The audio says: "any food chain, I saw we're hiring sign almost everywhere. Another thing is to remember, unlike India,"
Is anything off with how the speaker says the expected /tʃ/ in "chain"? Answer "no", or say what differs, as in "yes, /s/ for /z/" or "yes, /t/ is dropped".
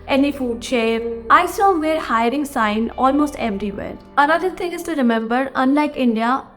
yes, /ʃ/ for /tʃ/